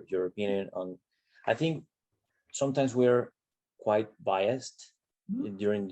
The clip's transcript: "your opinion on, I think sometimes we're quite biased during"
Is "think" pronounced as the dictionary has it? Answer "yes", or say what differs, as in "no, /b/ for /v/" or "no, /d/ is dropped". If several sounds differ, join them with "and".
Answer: yes